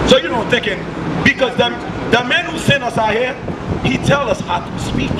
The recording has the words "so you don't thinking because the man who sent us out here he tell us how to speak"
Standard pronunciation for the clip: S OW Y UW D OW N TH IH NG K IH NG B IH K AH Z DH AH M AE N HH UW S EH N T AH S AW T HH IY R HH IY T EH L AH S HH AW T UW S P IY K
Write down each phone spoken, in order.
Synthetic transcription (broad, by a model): S OW Y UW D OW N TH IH NG K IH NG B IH K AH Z DH AH M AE N HH UW S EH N AH S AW HH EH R HH IY T EH L AH S HH AW T UW S P IY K